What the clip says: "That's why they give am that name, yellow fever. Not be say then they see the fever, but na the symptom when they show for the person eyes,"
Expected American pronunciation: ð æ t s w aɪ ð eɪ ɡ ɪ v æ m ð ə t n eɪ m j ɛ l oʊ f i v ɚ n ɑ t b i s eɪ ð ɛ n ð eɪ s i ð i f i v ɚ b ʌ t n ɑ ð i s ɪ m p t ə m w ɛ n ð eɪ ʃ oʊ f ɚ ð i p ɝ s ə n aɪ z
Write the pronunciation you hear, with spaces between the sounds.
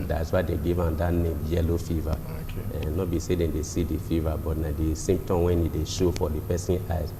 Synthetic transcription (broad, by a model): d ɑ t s w aɪ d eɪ ɡ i v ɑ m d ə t n eɪ m j ɛ l oʊ f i v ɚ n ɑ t b i s eɪ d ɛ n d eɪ s i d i f i v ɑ b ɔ t n ɑ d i s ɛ m t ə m w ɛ n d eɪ ʃ oʊ f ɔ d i p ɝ s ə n aɪ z